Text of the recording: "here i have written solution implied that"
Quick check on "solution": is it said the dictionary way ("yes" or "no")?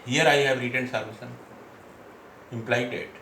no